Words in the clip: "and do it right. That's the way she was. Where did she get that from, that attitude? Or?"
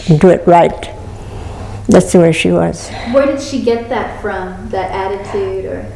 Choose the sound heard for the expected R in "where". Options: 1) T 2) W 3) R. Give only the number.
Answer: 3